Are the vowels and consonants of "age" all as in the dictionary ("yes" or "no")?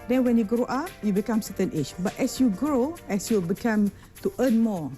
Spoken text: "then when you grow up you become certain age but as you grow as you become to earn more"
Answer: no